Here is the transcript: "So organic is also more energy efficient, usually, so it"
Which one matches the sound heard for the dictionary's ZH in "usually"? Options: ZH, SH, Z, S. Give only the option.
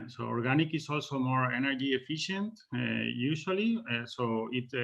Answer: SH